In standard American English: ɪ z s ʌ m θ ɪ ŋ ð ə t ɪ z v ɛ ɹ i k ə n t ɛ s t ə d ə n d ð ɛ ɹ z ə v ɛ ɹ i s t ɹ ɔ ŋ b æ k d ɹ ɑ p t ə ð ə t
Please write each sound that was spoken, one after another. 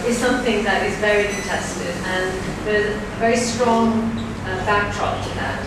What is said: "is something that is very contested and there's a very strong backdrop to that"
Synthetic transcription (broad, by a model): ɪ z s ʌ m θ ɪ ŋ ð ə t ɪ z v ɛ ɹ i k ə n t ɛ s t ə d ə n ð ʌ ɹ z ə v ɛ ɹ i s t ɹ ɔ ŋ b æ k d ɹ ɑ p t ə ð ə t